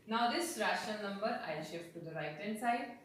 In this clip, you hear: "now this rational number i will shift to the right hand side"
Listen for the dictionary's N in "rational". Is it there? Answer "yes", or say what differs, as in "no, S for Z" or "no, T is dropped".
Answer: no, N is dropped